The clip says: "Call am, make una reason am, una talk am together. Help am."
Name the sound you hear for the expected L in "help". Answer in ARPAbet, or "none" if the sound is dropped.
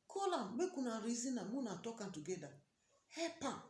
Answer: none